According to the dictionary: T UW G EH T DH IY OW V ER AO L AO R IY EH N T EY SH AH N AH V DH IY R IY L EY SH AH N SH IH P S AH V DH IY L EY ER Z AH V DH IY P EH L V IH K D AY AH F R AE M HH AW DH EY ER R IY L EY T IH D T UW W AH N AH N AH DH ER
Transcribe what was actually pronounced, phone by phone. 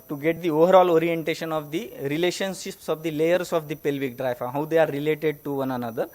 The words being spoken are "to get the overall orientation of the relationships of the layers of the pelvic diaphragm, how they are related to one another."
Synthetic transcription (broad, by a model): T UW G EH T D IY OW V ER AO L AO R IY EH N T EY SH AH N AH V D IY R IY L EY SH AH N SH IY P S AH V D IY L EY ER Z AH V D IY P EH L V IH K D AY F AA HH AW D EY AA R IY L EY T IH D T UW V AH N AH N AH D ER